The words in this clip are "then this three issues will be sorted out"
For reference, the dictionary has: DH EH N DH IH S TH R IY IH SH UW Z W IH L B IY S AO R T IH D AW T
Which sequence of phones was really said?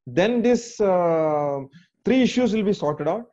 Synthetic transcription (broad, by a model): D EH N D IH S T R IY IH SH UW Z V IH L B IY S AO R T IH D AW T